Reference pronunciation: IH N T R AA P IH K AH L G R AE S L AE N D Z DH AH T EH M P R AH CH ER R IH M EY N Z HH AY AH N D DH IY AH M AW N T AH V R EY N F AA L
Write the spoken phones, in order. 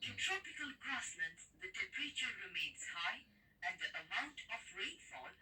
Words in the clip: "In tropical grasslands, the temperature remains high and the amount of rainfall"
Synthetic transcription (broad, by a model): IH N T R AA P IH K AH L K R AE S N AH N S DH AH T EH P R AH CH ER R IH M EY N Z HH AY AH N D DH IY AH M AW N T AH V R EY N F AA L